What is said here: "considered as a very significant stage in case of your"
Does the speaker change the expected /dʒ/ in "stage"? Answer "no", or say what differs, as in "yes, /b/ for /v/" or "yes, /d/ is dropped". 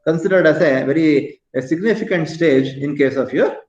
no